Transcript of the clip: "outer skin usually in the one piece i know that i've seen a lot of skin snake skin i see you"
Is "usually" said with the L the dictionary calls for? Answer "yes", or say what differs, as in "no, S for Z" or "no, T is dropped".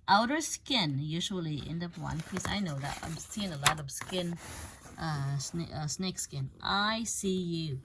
yes